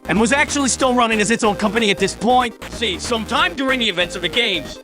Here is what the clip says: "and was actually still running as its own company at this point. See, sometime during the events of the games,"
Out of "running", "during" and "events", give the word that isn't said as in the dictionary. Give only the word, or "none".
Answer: none